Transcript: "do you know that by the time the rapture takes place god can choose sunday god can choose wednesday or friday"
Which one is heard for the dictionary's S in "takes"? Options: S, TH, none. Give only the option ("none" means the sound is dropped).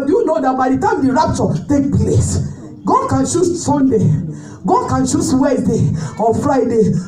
none